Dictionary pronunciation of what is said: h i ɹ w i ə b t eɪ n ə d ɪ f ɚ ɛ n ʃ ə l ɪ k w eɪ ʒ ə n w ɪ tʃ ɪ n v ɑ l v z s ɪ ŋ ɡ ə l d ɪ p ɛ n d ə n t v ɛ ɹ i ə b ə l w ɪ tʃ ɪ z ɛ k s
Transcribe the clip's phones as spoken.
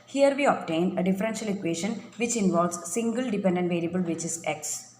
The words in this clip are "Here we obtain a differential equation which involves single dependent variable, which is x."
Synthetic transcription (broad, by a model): h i ɹ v i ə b t eɪ n ə d ɪ f ɚ ɛ n ʃ ə l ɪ k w eɪ ʃ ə n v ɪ tʃ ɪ n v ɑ l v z s ɪ ŋ ɡ ə l d ɪ p ɛ n d ə n t v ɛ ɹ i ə b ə l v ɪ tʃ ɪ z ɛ k s